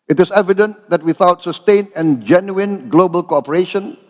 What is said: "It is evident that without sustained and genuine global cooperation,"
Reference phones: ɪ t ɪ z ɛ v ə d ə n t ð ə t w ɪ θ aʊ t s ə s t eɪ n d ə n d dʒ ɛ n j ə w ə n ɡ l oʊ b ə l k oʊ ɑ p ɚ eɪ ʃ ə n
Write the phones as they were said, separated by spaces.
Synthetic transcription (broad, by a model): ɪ t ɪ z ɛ v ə d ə n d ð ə t w ɪ θ aʊ t s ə s t eɪ n ə n dʒ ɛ n j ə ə n ɡ l oʊ b ə l k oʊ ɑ p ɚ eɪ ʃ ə n